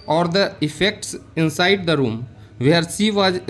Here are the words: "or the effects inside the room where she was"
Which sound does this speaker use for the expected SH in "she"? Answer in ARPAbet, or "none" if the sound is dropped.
S